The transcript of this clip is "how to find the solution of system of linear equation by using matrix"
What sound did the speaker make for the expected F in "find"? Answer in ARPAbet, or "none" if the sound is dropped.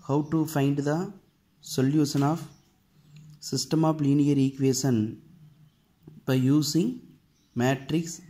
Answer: F